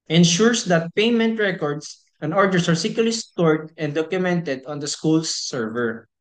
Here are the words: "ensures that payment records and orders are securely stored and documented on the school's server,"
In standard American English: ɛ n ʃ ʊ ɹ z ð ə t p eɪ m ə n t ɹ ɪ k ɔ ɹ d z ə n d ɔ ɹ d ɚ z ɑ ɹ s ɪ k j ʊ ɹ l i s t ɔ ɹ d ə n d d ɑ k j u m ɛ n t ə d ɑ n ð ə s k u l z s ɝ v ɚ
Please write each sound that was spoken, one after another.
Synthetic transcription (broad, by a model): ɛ n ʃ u ɹ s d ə t p eɪ m ə n t ɹ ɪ k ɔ ɹ d s ə n d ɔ ɹ d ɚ s ɑ ɹ s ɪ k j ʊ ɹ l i s t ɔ ɹ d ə n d d ɑ k j u m ɛ n t ə d ɑ n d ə s k u l s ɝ v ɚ